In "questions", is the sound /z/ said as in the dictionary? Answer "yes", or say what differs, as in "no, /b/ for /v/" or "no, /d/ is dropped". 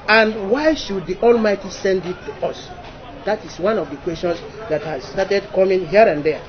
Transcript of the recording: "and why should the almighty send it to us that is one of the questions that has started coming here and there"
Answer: no, /s/ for /z/